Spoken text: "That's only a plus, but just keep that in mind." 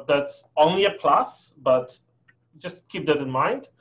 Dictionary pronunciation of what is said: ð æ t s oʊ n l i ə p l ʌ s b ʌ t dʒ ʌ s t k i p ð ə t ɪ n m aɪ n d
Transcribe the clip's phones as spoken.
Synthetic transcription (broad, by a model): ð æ t s oʊ n l i ə p l ʌ s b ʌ t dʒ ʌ s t k i p ð ə t ɪ n m aɪ n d